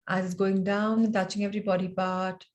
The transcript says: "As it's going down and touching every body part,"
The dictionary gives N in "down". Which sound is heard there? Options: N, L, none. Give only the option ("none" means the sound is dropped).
none